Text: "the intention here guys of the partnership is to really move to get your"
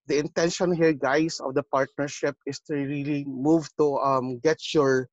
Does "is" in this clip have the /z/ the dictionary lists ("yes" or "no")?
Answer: no